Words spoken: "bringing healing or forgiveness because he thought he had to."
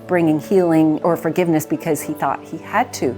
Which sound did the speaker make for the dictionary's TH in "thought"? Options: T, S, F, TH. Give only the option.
TH